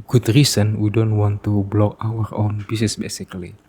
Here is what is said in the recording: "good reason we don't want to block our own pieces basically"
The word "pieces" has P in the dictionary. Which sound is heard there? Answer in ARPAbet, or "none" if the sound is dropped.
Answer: B